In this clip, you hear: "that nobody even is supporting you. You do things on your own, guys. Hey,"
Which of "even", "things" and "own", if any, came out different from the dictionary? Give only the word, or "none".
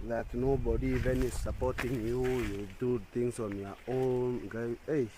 things